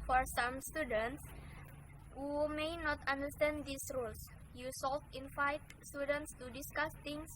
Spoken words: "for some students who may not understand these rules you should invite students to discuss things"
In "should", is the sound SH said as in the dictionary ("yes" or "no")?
no